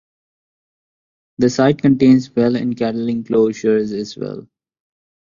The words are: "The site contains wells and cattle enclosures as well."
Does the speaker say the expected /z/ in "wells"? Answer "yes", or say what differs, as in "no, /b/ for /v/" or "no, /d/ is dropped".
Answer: no, /z/ is dropped